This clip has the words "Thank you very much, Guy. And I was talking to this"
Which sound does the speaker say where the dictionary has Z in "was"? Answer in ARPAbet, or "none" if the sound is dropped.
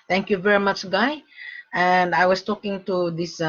S